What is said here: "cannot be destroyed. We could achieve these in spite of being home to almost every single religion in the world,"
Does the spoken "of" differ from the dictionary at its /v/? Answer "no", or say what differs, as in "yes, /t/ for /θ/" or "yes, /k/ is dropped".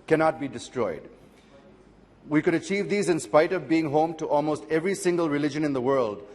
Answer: no